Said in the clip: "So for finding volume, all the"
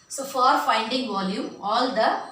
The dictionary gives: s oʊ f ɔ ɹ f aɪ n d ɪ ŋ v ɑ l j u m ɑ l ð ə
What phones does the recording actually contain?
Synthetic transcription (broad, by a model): s oʊ f ɔ ɹ f aɪ n d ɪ ŋ v ɑ l j u m ɑ l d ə